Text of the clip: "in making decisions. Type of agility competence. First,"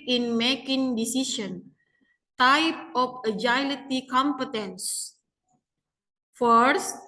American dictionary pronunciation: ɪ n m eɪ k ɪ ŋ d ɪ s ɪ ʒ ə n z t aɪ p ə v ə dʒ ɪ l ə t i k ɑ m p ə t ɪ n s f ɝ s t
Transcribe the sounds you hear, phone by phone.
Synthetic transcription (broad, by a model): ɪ n m eɪ k ɪ ŋ d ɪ s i s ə n t aɪ p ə f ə dʒ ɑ l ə t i k ɑ m p ə t ɪ n s f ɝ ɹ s